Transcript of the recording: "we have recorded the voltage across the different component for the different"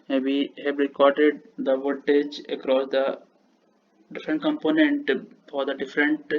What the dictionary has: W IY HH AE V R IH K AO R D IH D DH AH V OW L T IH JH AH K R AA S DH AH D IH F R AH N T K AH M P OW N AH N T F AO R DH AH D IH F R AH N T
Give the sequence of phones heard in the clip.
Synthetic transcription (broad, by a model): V IY HH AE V R IH K AO R D IH D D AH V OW T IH JH AH K R AA S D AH D IH F R AH N T K AH M P OW N AH N T F AO R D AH D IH F R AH N T